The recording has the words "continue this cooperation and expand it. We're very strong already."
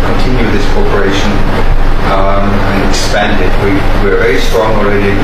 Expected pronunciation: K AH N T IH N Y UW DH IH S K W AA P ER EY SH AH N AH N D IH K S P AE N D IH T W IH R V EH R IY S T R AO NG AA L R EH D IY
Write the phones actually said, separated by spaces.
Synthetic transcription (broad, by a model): K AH N T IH N Y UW DH IH S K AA P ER EY SH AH N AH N IH K S P AE N D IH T W IH R V EH R IY S T R AO NG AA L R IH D